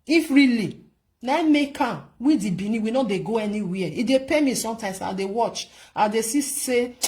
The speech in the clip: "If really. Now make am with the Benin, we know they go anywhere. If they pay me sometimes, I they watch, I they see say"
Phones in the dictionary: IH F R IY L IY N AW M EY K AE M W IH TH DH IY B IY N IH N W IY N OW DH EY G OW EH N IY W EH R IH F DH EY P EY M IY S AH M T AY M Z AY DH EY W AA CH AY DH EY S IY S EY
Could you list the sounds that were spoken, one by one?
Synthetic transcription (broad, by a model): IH F R IY L IY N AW M EY K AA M W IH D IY B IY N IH W IY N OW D EY G OW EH N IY W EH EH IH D EY P EY M IY S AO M T AY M S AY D EY W AA CH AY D EY S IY S EY